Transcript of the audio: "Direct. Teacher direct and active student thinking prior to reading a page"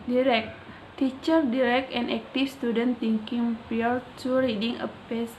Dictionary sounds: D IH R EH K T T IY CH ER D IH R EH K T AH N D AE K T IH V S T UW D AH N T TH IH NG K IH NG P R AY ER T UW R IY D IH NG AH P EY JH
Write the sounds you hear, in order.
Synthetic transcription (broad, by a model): D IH R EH K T T IY CH ER D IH R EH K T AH N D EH K T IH F S T UW D AH N T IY NG K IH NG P IY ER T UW R IY D IH NG AH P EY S